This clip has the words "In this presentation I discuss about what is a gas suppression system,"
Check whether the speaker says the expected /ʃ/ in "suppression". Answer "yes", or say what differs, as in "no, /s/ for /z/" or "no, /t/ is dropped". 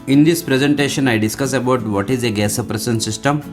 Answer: no, /s/ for /ʃ/